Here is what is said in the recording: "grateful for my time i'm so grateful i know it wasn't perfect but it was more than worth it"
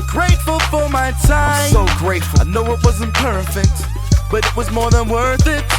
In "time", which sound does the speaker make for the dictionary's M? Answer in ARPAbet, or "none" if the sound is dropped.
none